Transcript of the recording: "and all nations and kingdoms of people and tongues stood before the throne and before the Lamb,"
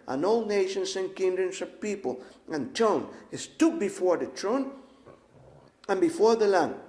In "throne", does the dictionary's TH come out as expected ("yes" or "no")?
no